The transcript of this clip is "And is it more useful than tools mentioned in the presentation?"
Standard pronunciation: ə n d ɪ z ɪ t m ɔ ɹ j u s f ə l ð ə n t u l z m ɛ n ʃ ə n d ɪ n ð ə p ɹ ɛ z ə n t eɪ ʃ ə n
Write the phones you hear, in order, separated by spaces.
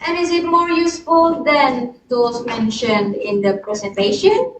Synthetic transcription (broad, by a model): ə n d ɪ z ɪ t m ɔ ɹ j u s f ə l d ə n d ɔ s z m ɛ n ʃ ə n d ɪ n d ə p ɹ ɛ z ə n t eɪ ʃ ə n